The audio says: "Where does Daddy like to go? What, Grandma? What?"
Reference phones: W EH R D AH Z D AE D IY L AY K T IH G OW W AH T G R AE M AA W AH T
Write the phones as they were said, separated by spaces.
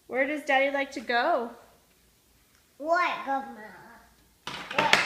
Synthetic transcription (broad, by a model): W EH R D AH Z D AE D IY L AY K T IH G OW W AH T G AH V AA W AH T